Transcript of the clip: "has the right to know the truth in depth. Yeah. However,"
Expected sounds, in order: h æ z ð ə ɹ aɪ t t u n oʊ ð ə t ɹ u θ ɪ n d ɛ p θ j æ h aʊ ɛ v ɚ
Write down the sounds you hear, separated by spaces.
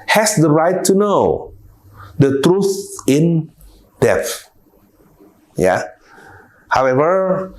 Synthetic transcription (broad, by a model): h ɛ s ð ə ɹ aɪ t t u n oʊ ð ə t ɹ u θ ɪ n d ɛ θ j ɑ h aʊ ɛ v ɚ